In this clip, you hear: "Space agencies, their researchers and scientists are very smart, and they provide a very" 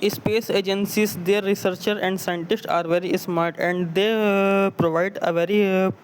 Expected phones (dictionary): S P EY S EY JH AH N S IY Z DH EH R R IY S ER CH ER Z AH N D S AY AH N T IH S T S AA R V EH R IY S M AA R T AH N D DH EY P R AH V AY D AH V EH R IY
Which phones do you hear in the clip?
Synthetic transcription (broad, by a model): S P EY S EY JH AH N S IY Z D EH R R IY S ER CH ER AH N D S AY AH N T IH S T AA R V EH R IY S M AA R T AH N D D EY P R AH V AY D AH V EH R IY